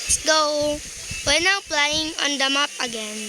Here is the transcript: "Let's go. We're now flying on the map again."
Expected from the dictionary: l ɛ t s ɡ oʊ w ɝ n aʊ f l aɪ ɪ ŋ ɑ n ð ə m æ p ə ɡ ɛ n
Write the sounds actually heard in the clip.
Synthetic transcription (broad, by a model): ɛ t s ɡ oʊ w ɝ n aʊ p l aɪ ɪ ŋ ɑ n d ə m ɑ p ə ɡ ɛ n